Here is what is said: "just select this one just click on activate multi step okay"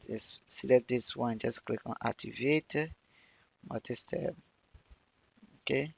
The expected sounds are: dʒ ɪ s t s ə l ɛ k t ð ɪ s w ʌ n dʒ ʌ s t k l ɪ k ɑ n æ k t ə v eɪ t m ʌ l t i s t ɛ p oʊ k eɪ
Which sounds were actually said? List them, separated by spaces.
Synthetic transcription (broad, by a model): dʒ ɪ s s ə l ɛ t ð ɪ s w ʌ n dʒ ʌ s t k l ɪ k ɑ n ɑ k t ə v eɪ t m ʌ t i s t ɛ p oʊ k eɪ